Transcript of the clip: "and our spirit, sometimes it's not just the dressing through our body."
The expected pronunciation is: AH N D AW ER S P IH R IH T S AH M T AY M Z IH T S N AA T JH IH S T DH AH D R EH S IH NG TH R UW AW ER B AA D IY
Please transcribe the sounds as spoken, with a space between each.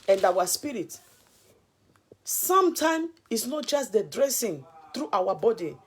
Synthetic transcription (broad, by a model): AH N D AW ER S P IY R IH T S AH M T AY M IH T S N AA T JH IH S T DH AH D R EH S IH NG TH R UW AW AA B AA D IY